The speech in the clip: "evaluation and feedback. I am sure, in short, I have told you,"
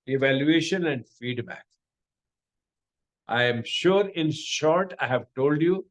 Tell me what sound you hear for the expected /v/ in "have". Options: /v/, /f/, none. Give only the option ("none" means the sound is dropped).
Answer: /v/